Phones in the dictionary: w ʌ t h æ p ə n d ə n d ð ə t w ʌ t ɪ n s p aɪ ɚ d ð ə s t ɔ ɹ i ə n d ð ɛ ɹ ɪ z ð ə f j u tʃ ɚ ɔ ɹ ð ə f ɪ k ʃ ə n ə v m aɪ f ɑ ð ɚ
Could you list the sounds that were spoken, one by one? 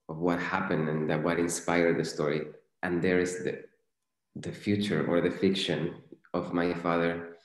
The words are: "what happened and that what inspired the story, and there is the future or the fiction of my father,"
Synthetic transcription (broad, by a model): w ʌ t h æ p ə n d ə n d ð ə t w ʌ t ɪ n s p aɪ ɚ d ð ə s t ɔ ɹ i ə n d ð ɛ ɹ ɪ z ð ə f j u tʃ ɚ ɔ ɹ ð ə f ɪ k ʃ ə n ə v m aɪ f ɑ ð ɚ